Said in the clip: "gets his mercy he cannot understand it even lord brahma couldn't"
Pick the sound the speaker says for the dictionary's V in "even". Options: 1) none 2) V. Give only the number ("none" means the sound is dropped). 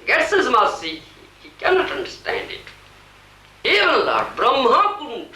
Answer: 1